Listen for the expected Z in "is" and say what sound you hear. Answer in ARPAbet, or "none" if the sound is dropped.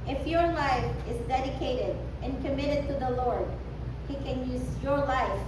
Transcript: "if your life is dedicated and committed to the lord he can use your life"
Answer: Z